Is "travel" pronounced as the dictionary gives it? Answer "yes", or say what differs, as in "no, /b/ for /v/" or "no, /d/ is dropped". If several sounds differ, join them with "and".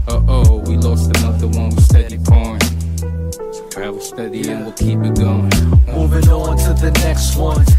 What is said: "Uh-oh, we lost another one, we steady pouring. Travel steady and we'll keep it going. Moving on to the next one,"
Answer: no, /ɹ/ is dropped